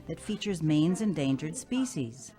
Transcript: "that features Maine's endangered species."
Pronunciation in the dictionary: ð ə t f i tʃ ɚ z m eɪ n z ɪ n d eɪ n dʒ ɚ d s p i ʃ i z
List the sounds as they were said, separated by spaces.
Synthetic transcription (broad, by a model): ð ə t f i tʃ ɚ z m eɪ n z ɪ n d eɪ n dʒ ɚ d s p i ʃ i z